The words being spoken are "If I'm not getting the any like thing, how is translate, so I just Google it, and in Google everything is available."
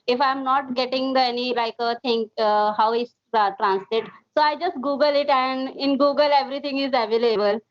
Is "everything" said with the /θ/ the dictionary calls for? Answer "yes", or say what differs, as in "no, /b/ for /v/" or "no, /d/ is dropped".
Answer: no, /t/ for /θ/